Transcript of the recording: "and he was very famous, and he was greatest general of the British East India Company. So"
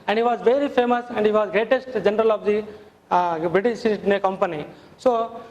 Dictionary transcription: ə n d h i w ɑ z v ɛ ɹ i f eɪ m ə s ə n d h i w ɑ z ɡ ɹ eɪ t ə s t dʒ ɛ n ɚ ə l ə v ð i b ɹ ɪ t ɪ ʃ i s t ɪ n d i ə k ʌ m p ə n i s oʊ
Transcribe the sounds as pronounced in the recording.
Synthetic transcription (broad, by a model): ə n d h i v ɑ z v ɛ ɹ i f eɪ m ə s ə n d h i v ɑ z ɡ ɹ eɪ t ə s t dʒ ɛ n ɚ ə l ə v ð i b ɹ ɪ t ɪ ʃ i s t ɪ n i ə k ʌ m p ə n i s oʊ